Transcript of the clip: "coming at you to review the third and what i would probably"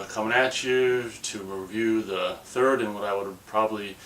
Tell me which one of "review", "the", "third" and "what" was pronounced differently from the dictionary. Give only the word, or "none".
none